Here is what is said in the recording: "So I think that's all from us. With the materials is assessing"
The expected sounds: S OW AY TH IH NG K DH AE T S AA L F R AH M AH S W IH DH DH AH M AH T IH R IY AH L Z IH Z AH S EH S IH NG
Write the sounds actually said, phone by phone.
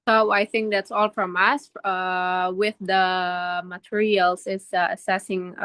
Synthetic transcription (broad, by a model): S OW AY TH IH NG K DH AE T S AA L F R AH M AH S W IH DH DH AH M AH T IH R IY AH L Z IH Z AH S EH S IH NG